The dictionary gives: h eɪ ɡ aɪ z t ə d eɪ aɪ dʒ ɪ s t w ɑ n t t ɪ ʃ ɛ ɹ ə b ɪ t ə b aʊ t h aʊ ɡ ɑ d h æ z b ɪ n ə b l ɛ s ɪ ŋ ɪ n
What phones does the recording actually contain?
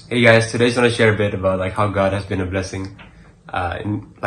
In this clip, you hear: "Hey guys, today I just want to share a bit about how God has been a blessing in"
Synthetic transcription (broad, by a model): h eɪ ɡ aɪ z t ə d eɪ ɪ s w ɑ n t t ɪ ʃ ɛ ɹ ə b ɪ t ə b aʊ t h aʊ ɡ ɑ d h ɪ z b ɪ n ə b l ɛ s ɪ ŋ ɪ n